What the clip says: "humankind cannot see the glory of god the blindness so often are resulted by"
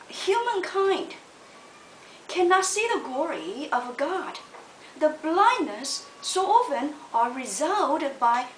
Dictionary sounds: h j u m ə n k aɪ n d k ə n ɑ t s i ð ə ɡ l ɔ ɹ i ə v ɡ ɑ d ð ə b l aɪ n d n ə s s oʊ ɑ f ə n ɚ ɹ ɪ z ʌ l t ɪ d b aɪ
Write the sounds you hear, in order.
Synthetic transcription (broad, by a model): h j u m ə n k aɪ n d k ə n ɑ t s i ð ə ɡ l ɔ ɹ i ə v ɡ ɑ d ð ə b l aɪ n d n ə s s oʊ ɑ f ə n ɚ ɹ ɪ z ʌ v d b aɪ